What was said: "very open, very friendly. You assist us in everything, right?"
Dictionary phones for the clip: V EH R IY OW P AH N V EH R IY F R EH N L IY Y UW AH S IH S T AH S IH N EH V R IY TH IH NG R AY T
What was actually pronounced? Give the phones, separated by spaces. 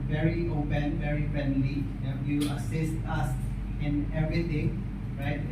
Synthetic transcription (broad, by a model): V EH R IY OW P AH N V EH R IY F R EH N L IY Y UW AH S IH S T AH S IH N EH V R IY T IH NG R AY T